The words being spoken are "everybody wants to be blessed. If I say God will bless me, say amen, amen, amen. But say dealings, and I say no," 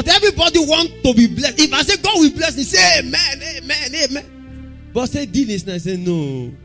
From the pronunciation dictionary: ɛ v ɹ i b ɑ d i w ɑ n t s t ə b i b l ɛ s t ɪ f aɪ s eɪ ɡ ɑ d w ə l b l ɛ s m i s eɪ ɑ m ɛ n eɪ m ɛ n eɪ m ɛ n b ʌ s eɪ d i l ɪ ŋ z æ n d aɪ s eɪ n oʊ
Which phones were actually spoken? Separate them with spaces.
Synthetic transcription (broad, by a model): ɛ v ɹ i b ɑ d i w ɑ n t t ə b i b l ɛ s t ɪ f aɪ s eɪ ɡ ɑ d w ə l b l ɛ s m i s eɪ m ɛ n eɪ m ɛ n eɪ m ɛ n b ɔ s eɪ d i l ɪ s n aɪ s eɪ n oʊ